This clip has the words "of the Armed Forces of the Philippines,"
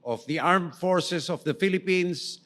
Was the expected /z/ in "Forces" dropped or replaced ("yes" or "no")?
yes